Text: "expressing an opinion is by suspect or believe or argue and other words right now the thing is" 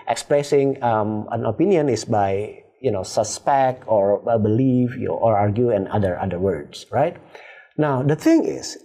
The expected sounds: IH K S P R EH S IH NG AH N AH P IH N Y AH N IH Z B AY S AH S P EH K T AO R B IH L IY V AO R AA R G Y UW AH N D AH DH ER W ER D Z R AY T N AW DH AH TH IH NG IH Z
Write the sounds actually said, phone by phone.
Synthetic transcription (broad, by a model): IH K S P R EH S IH NG AH N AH P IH N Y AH N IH S B AY S AH S P EH K T AO R B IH L IY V AO R AA R G Y UW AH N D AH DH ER W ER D S R AY T N AW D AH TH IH NG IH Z